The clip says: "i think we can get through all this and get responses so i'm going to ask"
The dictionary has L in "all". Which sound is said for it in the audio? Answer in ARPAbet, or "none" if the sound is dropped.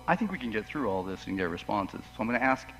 L